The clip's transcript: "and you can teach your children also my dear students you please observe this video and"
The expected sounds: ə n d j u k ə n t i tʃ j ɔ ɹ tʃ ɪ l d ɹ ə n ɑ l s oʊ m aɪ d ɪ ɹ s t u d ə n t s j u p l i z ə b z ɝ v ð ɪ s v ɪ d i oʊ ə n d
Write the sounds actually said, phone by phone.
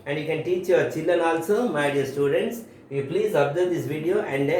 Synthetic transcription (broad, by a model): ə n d j u k ə n t i tʃ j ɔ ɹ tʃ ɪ l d ə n ɑ l s oʊ m aɪ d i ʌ s t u d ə n t s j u p l i z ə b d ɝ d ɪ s v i d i oʊ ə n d